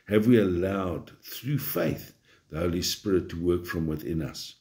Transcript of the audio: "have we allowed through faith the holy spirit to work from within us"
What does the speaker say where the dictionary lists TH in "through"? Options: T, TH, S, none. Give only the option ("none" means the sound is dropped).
TH